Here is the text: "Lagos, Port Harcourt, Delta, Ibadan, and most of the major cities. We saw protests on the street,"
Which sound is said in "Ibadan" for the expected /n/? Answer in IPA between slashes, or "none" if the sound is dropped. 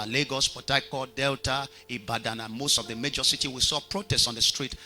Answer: /n/